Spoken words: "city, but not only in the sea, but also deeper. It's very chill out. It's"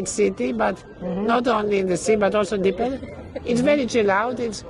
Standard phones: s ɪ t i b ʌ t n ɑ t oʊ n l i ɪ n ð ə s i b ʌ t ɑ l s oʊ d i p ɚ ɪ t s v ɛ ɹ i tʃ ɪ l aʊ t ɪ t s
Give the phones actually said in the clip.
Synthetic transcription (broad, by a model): s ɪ t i b ʌ t n ɑ t oʊ n l i ɪ n ð ə s i b ʌ t ɑ l s oʊ d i p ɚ ɪ t s v ɛ ɹ i tʃ ɪ l aʊ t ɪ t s